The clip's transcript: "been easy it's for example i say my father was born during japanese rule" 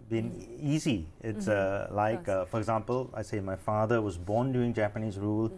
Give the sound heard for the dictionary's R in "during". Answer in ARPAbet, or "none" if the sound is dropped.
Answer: none